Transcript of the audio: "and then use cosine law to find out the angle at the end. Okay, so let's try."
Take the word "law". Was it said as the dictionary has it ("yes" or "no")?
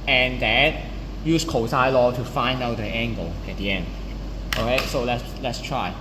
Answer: yes